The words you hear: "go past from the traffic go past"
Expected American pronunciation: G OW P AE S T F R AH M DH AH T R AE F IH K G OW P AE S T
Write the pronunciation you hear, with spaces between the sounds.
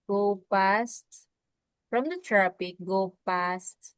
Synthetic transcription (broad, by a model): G OW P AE S T F R AH M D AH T R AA P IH K G OW P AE S T